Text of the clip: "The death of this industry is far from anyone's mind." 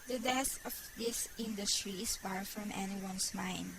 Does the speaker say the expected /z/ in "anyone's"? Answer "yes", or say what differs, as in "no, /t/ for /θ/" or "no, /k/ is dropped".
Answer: no, /s/ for /z/